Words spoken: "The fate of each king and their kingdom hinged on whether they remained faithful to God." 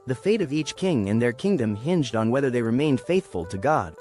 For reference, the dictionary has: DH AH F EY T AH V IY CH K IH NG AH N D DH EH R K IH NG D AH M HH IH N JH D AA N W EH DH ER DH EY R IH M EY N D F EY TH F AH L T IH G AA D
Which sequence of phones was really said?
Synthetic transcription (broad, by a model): DH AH F EY T AH V IY CH K IH NG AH N DH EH R K IH NG D AH M HH IH N JH D N W EH DH ER DH EY R IH M EY N D F EY TH F AH L T IH G AA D